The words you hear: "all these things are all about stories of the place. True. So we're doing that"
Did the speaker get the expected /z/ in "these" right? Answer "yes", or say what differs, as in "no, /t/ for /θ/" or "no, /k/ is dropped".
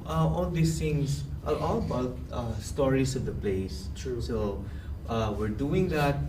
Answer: no, /s/ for /z/